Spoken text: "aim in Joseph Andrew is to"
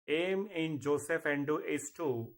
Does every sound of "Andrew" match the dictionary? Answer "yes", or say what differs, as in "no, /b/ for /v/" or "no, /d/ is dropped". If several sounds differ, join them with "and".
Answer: no, /ɹ/ is dropped